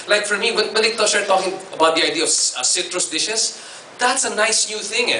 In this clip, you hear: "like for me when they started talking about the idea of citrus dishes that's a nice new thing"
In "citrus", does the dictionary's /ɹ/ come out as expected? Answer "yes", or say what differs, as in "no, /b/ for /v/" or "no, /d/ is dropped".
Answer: yes